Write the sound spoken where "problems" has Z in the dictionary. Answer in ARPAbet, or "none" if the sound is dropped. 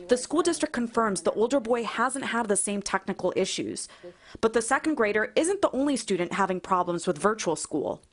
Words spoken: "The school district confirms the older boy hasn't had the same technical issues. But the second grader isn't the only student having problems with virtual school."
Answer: Z